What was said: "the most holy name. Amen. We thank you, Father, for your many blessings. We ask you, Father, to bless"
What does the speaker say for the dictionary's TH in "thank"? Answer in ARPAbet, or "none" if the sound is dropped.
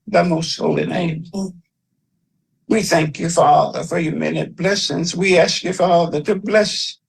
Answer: TH